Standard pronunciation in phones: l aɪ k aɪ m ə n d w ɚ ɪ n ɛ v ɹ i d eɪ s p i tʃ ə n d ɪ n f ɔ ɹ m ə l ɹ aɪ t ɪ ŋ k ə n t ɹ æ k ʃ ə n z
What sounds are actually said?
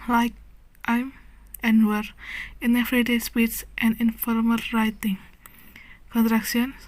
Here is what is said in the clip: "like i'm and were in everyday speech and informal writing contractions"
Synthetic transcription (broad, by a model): l aɪ k aɪ m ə n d w ɚ ɪ n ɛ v ɹ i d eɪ s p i s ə n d ɪ n f ɔ ɹ m ə l ɹ aɪ t ɪ ŋ k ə n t ɹ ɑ k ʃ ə n